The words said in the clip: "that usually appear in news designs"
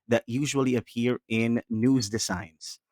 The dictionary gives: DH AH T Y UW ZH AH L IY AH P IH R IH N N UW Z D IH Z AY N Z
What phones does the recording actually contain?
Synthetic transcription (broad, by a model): DH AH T Y UW ZH AH L IY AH P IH R IH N N UW Z D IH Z AY N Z